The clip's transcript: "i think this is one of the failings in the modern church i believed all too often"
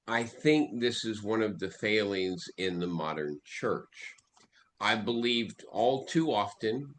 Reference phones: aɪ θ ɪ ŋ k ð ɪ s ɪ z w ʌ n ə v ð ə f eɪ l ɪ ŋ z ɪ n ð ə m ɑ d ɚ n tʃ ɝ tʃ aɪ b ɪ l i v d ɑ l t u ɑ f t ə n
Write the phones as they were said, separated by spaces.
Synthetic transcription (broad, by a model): aɪ θ ɪ ŋ k ð ɪ s ɪ z w ʌ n ə v ð ə f eɪ l ɪ ŋ z ɪ n ð ə m ɑ d ɚ n tʃ ɝ tʃ aɪ b ɪ l i v d ɑ l t u ɑ f t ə n